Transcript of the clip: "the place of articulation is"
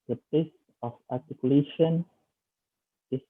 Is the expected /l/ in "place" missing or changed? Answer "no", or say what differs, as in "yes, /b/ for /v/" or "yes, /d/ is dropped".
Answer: yes, /l/ is dropped